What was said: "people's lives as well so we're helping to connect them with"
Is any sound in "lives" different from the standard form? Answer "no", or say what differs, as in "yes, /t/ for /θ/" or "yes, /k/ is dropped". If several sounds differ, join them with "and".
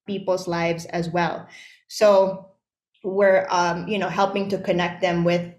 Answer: no